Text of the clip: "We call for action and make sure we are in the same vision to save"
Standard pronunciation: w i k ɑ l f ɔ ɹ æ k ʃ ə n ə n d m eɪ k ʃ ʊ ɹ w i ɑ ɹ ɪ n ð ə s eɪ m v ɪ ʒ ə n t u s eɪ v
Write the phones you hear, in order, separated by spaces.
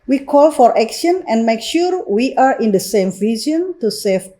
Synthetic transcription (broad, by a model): w i k ɑ l f ɔ ɹ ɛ k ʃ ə n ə n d m eɪ k ʃ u ɹ w i ɑ ɹ ɪ n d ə s eɪ m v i z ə n t u s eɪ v